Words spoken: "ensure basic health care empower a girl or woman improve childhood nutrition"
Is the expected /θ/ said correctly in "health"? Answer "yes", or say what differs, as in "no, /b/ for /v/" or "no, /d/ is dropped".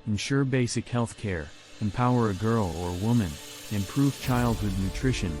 yes